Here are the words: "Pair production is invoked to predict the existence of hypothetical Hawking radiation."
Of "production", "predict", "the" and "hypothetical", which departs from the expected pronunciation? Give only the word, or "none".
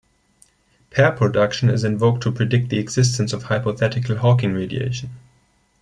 none